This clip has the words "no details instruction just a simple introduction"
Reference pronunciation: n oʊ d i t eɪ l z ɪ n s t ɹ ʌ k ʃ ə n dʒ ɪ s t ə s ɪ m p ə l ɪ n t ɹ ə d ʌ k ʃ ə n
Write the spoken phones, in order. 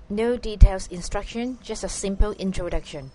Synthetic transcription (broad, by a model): n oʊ d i t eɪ l s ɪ n s t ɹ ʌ k ʃ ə n dʒ ɪ s t ə s ɪ m p ə l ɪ n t ɹ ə d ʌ k ʃ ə n